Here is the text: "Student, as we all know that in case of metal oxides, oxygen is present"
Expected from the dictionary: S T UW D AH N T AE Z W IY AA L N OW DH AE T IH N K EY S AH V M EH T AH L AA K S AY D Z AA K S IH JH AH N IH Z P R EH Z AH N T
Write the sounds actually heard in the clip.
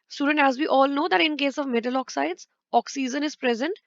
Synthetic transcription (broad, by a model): S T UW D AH N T AE Z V IY AA L N OW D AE T IH N K EY S AH V M EH T AH L AA K S AY D Z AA K S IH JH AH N IH Z P R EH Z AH N T